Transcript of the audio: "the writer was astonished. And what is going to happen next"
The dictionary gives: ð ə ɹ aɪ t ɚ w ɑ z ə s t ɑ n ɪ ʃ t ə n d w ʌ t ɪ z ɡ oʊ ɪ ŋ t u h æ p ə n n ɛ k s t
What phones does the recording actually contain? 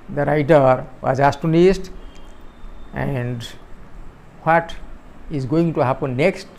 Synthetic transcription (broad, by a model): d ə ɹ aɪ t ɚ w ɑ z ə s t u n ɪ s t ə n d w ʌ t ɪ z ɡ oʊ ɪ ŋ t u h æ p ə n n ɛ k s t